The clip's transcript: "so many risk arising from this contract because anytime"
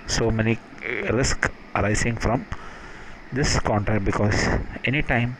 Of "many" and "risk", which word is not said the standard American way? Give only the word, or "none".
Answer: none